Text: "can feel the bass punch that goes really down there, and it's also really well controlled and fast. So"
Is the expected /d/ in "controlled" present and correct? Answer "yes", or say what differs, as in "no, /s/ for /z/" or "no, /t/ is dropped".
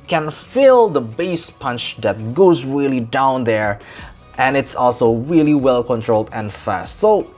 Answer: yes